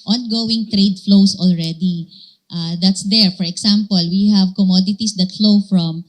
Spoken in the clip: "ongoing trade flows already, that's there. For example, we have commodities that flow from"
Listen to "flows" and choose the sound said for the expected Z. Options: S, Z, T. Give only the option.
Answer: S